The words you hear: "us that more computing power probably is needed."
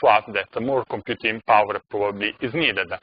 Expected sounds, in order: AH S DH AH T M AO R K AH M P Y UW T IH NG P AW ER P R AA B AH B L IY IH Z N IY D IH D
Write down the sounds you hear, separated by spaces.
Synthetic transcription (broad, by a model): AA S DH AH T M AO R K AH M P Y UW T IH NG P AW ER P R AA B AH B L IY IH Z N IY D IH D